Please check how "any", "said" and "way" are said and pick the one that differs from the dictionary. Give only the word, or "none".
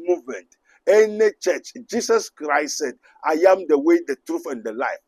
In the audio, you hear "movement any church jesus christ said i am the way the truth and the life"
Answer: none